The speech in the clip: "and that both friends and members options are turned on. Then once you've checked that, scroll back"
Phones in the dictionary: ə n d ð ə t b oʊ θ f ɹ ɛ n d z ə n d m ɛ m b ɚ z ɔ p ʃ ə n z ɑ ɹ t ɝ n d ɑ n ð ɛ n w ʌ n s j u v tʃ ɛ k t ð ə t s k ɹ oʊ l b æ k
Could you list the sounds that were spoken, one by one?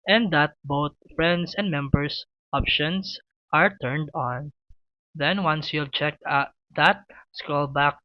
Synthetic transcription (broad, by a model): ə n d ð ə t b oʊ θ f ɹ ɛ n d s ə n d m ɛ m b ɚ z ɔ p ʃ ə n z ɑ ɹ t ɝ n d ɑ n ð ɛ n w ʌ n s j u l tʃ ɛ k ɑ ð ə t s k oʊ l b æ k